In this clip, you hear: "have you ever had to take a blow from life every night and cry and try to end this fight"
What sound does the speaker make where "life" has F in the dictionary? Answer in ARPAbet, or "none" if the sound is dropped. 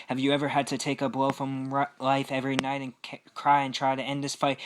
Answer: F